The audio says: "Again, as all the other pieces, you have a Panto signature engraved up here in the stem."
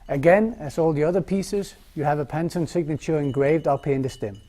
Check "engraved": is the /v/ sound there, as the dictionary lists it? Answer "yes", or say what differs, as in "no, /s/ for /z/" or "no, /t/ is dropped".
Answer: yes